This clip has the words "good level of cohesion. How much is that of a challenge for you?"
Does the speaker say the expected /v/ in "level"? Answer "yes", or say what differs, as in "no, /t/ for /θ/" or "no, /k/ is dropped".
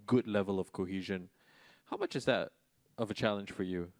yes